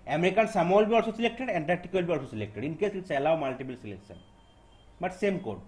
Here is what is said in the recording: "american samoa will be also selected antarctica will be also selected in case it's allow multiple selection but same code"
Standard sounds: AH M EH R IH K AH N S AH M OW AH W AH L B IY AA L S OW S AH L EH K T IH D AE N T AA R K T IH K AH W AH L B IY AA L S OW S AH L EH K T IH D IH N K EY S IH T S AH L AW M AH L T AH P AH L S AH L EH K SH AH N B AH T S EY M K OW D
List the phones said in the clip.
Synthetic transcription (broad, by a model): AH M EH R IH K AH N S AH M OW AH L B IY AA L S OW S AH L EH K T IH D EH N T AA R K T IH K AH L B IY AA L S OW S AH L EH K T IH D IH N K EY S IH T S AH L AW M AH L T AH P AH L S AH L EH K S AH N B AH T S EY M K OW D